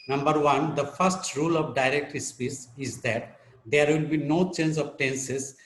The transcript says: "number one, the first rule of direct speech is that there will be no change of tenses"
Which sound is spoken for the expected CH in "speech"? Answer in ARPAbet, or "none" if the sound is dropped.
S